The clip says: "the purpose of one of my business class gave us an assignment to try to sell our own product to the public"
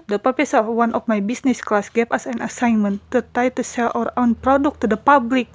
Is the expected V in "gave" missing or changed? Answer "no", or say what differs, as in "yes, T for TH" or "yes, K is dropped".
yes, P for V